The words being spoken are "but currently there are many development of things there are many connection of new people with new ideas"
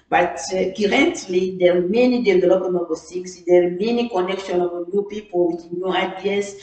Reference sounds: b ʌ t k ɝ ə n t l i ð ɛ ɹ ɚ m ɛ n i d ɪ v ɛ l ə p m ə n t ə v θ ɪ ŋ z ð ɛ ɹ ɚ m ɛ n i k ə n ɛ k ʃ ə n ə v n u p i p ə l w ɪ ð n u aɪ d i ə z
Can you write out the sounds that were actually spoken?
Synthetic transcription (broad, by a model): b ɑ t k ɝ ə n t l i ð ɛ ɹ m ɛ n i d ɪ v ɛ l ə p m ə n ə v s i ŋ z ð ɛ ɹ m ɛ n i k ə n ɛ k ʃ ə n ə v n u p i p ə l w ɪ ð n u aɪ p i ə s